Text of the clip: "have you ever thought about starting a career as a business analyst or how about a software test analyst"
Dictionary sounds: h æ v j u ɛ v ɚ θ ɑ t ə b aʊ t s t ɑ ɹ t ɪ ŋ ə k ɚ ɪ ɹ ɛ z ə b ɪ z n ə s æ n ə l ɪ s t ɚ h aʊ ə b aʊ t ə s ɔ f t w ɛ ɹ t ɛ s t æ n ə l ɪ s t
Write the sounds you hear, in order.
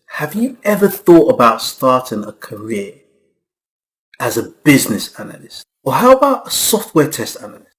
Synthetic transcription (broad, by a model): h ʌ v j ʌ ɛ v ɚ θ ɑ t ə b aʊ t s t ɑ t ɪ ŋ ə k ɚ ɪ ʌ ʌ z ə b ɪ z n ə s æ n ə l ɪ s t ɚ h aʊ ə b aʊ t ə s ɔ f t w ɛ t ɛ s t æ n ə l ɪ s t